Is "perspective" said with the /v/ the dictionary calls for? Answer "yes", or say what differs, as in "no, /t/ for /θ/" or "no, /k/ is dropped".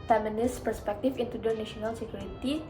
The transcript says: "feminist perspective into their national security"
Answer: no, /f/ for /v/